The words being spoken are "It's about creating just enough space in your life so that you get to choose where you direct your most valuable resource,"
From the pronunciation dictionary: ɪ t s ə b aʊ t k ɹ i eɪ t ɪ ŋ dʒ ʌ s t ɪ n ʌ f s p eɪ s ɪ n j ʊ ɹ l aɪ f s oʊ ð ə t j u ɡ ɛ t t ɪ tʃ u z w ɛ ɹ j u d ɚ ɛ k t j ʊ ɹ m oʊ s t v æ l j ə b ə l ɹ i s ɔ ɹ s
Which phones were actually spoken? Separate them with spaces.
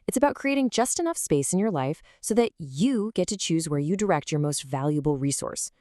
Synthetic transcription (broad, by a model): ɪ t s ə b aʊ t k ɹ i eɪ t ɪ ŋ dʒ ʌ s t ɪ n ʌ f s p eɪ s ɪ n j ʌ ɹ l aɪ f s oʊ ð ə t j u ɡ ɛ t t ɪ tʃ u z w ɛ ɹ j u d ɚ ɛ k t j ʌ ɹ m oʊ s t v æ l j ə b l ɹ i s ɔ ɹ s